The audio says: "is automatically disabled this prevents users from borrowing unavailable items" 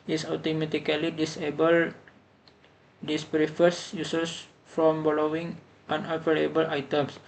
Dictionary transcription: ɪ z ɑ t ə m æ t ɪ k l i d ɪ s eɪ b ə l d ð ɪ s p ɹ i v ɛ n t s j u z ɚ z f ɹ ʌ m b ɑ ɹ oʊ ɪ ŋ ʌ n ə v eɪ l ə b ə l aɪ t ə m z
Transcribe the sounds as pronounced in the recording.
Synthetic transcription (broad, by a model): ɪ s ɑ t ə m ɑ t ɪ k l i d ɪ s eɪ b ə l d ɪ s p ɹ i f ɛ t s j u s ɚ s f ɹ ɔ m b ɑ l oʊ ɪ ŋ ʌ n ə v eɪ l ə b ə l aɪ t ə m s